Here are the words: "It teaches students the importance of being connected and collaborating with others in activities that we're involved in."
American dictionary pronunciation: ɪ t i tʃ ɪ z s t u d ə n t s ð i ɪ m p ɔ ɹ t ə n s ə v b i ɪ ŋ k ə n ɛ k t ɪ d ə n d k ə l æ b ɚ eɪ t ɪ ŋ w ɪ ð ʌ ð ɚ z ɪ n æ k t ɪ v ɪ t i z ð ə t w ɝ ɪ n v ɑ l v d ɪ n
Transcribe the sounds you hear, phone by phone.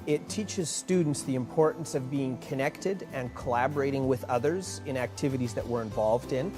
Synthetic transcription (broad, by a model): ɪ t i tʃ ɪ z s t u d n t s ð i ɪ m p ɔ ɹ t n s ə v b i ɪ ŋ k ə n ɛ k t ɪ d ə n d k ə l æ b ɚ eɪ t ɪ ŋ w ɪ ð ʌ ð ɚ z ɪ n æ k t ɪ v ɪ t i z ð ə t w ɝ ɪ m v ɑ l v d ɪ n